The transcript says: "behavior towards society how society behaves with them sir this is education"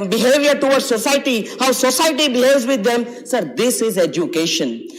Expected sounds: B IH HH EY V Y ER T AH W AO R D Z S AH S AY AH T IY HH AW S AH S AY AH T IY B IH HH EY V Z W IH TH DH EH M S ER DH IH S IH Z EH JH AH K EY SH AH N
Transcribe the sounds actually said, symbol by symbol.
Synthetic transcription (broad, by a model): B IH HH EY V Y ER T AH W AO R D S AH S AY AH T IY HH AW S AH S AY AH T IY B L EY Z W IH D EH M S ER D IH S IH Z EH JH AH K EY SH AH N